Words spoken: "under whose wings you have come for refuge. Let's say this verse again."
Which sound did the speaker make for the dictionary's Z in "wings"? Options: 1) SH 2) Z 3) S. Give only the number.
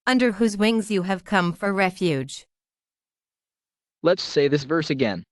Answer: 2